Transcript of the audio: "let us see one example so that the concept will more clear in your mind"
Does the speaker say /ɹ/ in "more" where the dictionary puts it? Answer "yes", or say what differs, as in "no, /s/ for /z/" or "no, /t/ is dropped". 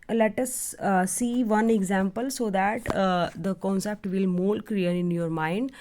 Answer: no, /l/ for /ɹ/